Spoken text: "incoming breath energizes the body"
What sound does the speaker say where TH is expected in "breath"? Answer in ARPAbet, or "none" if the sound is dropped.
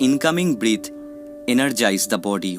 T